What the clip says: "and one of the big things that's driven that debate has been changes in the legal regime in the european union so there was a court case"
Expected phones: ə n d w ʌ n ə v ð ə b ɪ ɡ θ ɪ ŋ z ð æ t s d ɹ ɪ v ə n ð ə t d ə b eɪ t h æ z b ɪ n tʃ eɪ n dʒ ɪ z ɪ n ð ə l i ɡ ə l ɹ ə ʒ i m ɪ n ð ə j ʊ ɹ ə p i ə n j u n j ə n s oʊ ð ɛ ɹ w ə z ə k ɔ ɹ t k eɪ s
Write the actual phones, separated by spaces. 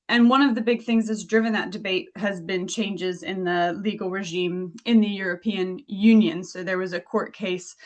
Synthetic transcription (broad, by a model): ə n w ʌ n ə v ð ə b ɪ ɡ θ ɪ ŋ z ð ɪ t s d ɹ ɪ v ə n ð ə t d ə b eɪ t h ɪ z b ɪ n tʃ eɪ n dʒ ɪ z ɪ n ð ə l i ɡ l ɹ ə ʒ i m ɪ n ð ə j ʊ ɹ ə p i ə n j u n j ə n s oʊ ð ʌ ɹ w ə z ə k ɔ ɹ t k eɪ s